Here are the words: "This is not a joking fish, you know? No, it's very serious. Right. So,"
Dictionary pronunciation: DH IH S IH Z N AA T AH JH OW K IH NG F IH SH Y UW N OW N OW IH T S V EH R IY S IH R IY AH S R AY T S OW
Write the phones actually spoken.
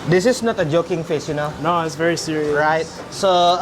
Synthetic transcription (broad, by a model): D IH S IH S N AA T AH JH OW K IH NG F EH S Y UW N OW N OW IH T S V EH R IY S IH R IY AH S R AY T S OW